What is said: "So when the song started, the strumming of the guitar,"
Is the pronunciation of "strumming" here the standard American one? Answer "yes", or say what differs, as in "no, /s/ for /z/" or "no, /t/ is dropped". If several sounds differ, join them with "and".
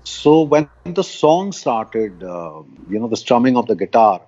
yes